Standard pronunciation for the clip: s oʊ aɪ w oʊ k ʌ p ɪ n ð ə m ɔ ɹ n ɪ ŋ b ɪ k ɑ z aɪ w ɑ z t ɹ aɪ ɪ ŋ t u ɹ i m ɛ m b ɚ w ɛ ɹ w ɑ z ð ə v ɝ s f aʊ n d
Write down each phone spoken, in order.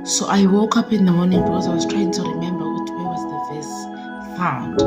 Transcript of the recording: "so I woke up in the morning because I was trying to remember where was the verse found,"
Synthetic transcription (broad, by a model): s oʊ aɪ w oʊ k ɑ p ɪ n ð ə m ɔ n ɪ ŋ b ɪ k ɑ z aɪ w ɑ z t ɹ aɪ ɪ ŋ t u ɹ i m ɛ m b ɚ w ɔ w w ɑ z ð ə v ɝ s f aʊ n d